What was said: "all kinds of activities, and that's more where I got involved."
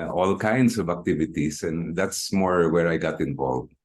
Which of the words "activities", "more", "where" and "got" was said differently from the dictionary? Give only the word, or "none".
activities